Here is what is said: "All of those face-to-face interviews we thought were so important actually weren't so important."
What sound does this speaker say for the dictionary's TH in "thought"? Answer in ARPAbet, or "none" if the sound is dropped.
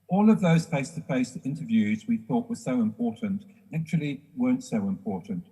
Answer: TH